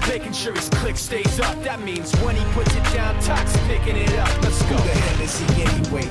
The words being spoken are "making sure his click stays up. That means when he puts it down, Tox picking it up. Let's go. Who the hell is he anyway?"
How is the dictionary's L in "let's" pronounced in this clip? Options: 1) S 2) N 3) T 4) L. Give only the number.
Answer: 2